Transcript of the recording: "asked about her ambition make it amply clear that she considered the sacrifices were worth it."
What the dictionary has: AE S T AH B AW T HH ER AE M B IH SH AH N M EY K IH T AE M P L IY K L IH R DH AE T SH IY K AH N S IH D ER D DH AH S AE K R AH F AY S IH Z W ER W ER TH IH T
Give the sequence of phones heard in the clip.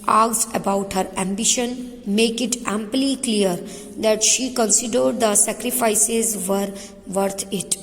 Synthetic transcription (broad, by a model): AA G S AH B AW T HH ER AE M B IH SH AH N M EY K IH T AE M P L IY K L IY R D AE T SH IY K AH N S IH D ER D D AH S AE K R AH F AY S IH Z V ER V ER T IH T